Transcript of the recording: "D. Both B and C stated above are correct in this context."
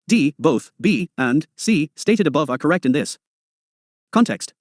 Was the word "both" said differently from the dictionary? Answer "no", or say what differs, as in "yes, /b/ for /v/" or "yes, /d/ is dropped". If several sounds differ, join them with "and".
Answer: no